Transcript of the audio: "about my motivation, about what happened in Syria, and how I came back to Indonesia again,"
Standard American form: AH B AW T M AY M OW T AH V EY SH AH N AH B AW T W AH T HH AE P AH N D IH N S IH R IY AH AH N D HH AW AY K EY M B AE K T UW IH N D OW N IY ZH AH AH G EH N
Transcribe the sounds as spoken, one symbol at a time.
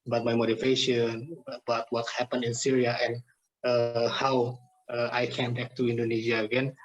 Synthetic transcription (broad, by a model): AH B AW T M AY M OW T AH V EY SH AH N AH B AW T W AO T HH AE P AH N IH N S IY R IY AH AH N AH HH AW AY K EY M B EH K T UW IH N D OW N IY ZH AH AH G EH N